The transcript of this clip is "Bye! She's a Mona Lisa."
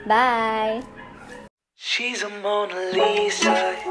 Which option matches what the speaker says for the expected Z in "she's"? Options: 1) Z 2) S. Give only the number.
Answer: 1